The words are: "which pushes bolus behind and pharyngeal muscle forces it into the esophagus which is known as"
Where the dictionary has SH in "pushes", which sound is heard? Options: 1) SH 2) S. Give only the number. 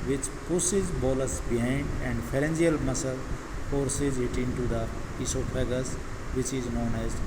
2